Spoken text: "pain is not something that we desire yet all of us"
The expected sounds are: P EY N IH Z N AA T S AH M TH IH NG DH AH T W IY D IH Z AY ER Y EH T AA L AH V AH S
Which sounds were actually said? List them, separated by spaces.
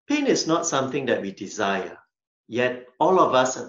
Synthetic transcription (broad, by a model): P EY N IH S N AA T S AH M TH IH NG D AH T W IY D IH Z AY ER Y EH T AA L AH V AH S